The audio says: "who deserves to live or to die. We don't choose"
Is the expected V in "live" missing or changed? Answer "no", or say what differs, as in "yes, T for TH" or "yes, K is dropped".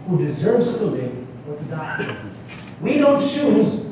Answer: yes, W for V